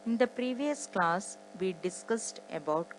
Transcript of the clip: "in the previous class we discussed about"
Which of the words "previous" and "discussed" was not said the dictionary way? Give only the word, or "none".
none